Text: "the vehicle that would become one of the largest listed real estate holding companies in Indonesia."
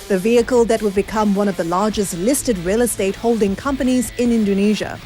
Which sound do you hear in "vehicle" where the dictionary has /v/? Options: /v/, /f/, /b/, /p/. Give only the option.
/v/